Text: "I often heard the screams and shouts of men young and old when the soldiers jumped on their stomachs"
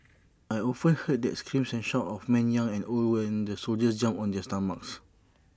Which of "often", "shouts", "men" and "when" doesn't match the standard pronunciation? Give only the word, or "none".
shouts